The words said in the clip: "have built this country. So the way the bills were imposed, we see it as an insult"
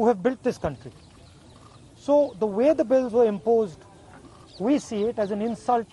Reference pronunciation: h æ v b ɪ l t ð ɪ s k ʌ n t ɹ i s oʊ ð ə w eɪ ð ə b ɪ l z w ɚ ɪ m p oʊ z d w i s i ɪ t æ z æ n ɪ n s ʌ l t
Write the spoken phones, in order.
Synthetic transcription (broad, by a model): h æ v b ɪ l t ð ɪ s k ʌ n t ɹ i s oʊ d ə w eɪ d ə b ɪ l z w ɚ ɪ m p oʊ z d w i s i ɪ t æ z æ n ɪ n s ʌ l t